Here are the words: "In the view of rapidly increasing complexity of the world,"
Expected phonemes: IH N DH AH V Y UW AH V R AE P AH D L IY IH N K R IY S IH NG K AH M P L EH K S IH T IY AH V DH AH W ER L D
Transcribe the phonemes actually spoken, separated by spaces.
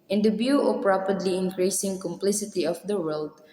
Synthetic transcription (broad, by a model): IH N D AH B Y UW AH P R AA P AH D L IY IH N K R IY S IH NG K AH M P L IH S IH T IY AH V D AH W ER L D